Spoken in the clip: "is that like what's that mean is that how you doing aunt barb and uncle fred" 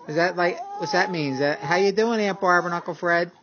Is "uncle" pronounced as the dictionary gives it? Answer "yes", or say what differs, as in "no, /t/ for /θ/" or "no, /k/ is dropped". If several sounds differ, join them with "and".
no, /ŋ/ is dropped